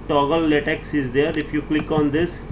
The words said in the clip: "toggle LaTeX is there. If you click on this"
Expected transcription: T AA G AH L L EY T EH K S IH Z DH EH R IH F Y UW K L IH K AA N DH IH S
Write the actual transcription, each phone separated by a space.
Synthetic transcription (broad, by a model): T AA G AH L L EY T EH K S IH Z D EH R IH F Y UW K L IH K AA N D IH S